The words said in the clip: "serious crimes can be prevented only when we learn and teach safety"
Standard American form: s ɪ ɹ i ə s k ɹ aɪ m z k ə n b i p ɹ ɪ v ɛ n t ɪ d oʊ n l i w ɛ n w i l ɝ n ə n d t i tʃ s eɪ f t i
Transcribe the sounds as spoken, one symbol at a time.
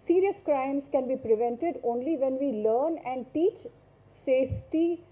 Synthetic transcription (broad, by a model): s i ɹ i ə s k ɹ aɪ m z k ə n b i p ɹ ɪ v ɛ n t ɪ d oʊ n l i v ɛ n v i l ɝ n ə n d t i tʃ s eɪ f t i